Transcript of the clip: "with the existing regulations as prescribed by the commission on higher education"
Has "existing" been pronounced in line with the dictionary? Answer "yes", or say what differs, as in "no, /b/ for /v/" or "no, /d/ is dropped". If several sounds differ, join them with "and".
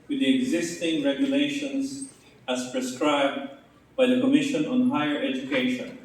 yes